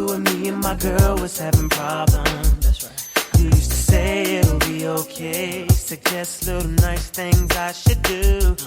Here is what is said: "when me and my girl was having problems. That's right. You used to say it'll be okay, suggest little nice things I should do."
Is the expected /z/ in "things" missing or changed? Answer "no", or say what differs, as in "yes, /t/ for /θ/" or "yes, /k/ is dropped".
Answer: no